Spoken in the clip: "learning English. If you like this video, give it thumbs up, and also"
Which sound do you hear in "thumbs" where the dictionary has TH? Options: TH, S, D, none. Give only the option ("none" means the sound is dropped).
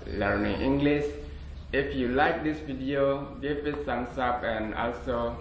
S